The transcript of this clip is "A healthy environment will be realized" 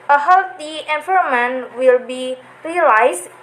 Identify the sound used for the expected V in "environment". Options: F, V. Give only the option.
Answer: F